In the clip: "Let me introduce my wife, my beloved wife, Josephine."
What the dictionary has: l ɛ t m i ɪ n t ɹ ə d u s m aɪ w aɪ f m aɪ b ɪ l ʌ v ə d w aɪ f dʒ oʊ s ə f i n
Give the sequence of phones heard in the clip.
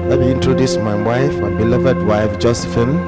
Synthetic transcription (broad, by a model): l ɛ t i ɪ n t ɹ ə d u s m aɪ w aɪ f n b ɪ l ʌ v ə d w aɪ f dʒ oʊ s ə f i n